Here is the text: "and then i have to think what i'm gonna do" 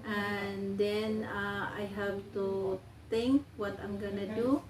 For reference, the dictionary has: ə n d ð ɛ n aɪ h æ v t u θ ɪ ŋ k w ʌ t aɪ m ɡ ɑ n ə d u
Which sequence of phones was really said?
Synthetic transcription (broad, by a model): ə n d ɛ n aɪ h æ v t u t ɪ ŋ k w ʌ t aɪ m ɡ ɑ n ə d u